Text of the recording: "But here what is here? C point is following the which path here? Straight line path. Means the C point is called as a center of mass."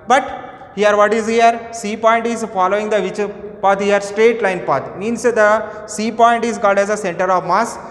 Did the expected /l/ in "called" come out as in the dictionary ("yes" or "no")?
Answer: no